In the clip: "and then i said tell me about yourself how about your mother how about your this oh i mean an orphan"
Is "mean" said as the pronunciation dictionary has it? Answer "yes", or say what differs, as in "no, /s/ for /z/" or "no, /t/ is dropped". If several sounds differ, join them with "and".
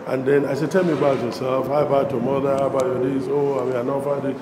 no, /n/ is dropped